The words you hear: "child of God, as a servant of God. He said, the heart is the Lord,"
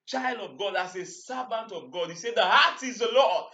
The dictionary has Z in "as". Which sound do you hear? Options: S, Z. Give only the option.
S